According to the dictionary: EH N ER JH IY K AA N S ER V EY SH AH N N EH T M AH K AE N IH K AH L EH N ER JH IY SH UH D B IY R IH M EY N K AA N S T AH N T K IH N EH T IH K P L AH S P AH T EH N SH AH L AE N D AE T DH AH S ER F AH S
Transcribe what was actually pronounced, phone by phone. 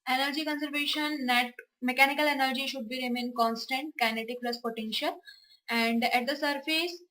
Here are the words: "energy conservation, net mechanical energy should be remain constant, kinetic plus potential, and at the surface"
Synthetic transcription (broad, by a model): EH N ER JH IY K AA N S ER V EY SH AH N N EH T M AH K AE N IH K AH L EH N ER JH IY SH UH D B IY R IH M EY N K AA N S T AH N T K IH N EH T IH K P L AH S P AH T EH N SH AH L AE N D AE T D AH S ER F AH S